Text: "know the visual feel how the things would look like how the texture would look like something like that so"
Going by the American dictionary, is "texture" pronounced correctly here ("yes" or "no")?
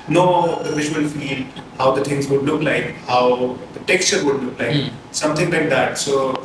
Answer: yes